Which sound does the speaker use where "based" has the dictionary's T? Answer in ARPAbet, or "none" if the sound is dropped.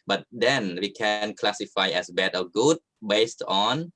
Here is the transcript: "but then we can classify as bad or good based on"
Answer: T